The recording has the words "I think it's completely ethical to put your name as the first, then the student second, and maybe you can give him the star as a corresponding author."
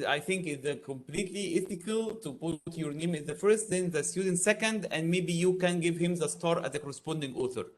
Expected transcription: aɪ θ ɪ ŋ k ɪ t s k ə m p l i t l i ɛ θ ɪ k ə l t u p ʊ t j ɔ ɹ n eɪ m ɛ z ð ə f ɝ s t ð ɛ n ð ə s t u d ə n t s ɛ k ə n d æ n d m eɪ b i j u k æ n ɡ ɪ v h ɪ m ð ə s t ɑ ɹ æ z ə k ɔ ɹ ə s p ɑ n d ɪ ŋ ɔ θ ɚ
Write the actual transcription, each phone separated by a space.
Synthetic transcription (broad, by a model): aɪ θ ɪ ŋ k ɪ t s k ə m p l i t l i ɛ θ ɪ k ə l t u p ʊ t j ɔ ɹ n eɪ m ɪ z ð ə f ɝ s t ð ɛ n ð ə s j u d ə n t s ɛ k ə n d æ n d m eɪ b i j u k æ n ɡ ɪ v h ɪ m ð ə s t ɑ ɹ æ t ə k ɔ ɹ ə s p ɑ n d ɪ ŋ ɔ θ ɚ